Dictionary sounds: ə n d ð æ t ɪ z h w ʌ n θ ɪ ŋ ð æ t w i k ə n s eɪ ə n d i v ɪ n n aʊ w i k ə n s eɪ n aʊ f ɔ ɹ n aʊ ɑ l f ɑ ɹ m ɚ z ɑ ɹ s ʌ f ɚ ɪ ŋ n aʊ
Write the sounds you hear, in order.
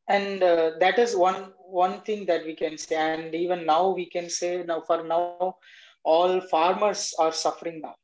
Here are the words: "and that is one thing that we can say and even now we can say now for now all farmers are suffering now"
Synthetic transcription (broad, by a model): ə n d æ t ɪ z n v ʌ n t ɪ ŋ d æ t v i k ə n s eɪ ə n d i v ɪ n n aʊ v i k ə n s eɪ n aʊ f ɔ ɹ n aʊ ɑ l f ɑ ɹ m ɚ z ɑ ɹ s ʌ f ɚ ɪ ŋ n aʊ